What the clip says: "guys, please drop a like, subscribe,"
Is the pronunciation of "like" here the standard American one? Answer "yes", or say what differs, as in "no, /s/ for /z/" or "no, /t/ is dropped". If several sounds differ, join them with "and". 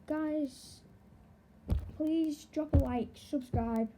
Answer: no, /w/ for /l/